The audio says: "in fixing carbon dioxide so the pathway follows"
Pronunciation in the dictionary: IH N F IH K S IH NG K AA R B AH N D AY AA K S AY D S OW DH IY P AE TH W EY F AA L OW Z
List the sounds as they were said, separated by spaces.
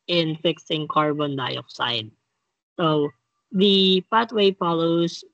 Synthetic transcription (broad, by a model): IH N F IH K S IH NG K AA R B AH N D AY AA K S AY D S OW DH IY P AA T W EY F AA L OW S